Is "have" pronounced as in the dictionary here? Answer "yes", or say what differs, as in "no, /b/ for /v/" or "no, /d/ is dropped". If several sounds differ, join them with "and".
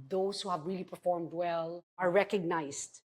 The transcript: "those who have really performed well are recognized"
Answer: yes